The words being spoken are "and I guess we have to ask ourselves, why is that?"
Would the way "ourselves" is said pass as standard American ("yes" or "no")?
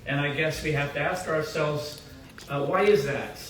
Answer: yes